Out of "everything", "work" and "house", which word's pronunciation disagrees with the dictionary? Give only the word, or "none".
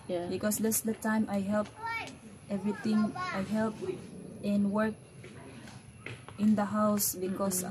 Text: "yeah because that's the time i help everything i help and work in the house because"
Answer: everything